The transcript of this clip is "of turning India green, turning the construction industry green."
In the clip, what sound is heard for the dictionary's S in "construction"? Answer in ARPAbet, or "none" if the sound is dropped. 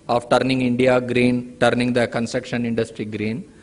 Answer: S